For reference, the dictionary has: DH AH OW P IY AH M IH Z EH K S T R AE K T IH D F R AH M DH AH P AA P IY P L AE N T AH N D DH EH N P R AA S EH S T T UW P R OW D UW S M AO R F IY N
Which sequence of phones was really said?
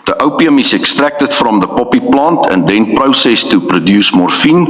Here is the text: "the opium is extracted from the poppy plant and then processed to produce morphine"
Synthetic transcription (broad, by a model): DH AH OW P IY AH M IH S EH K S T R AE K T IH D F R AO M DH AH P AA P IY P L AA N T AH N D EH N P R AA S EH S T T UW P R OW D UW S M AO R F IY N